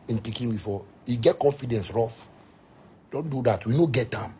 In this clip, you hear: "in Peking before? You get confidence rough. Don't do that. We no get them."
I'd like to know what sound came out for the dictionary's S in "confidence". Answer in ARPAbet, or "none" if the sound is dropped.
S